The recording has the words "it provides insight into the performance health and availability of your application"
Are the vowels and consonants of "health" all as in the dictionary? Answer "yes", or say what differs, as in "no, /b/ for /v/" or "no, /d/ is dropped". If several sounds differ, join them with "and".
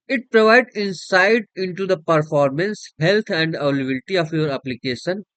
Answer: no, /t/ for /θ/